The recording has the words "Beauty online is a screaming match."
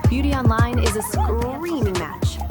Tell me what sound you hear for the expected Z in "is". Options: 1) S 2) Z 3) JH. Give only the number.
2